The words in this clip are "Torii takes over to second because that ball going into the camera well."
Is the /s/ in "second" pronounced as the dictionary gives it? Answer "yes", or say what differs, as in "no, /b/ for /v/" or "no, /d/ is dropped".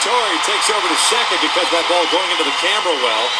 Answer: no, /ʃ/ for /s/